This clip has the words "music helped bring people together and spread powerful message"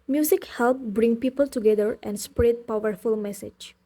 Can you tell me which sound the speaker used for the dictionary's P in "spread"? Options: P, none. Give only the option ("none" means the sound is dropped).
P